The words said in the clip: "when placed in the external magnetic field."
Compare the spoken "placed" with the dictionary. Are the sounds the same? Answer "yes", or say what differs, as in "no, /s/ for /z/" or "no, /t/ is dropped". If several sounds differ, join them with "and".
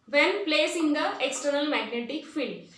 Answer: no, /t/ is dropped